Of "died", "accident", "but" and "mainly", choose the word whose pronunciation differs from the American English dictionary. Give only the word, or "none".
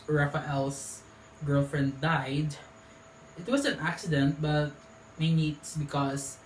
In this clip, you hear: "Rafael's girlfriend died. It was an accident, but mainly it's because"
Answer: mainly